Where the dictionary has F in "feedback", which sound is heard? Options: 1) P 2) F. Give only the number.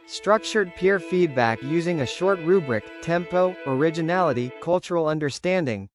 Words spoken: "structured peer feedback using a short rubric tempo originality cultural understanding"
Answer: 2